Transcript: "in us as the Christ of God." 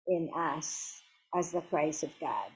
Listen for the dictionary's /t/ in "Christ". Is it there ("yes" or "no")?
no